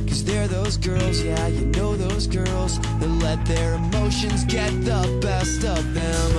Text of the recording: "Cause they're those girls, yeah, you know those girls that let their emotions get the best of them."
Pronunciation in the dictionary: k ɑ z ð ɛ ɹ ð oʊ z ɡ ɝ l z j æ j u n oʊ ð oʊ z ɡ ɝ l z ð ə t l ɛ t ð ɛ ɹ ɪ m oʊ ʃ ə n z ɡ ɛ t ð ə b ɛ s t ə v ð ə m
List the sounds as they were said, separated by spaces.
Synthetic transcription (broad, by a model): k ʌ z ð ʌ ɹ ð oʊ z ɡ ɝ l z j æ j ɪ n oʊ ð oʊ z ɡ ɝ l z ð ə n l ɛ t ð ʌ ɹ ɪ m oʊ ʃ ə n z ɡ ɛ t ð ə b ɛ s t ə p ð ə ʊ